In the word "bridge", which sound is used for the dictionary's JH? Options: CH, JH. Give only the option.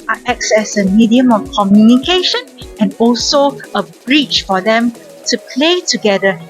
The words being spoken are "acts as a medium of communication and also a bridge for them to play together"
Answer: CH